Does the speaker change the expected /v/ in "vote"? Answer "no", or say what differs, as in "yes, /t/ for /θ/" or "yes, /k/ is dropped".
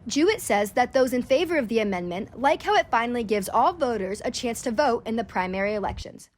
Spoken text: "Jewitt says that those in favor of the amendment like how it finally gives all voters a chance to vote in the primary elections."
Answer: no